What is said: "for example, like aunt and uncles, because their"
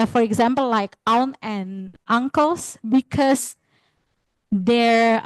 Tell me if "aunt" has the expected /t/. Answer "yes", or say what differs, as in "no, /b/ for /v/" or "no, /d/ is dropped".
no, /t/ is dropped